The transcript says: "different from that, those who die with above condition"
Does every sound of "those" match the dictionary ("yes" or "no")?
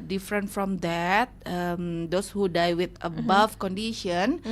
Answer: no